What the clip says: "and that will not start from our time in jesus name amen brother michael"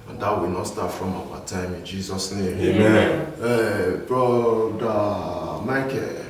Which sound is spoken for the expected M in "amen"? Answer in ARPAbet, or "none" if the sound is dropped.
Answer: none